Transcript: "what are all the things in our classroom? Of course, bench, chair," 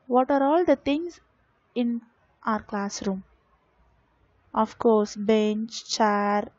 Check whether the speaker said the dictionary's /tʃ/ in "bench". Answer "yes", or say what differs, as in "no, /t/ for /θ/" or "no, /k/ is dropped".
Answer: yes